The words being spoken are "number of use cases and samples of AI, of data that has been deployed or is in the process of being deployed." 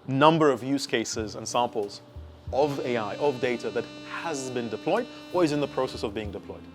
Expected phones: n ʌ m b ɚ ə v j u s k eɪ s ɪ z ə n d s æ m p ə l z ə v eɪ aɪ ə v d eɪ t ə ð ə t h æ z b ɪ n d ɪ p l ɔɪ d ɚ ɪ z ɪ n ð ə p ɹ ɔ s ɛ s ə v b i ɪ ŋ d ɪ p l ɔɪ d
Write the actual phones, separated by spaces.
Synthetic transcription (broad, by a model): n ʌ m b ɚ ə v j u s k eɪ s ɪ z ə n s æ m p l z ə v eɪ aɪ ə v d eɪ t ə ð ə t h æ z b ɪ n d ɪ p l ɔɪ d ɚ ɪ z ɪ n ð ə p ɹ ɔ s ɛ s ə v b i ɪ ŋ d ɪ p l ɔɪ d